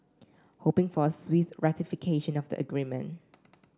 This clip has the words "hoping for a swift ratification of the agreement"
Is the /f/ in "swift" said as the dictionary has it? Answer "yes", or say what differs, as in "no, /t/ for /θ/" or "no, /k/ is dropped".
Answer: no, /f/ is dropped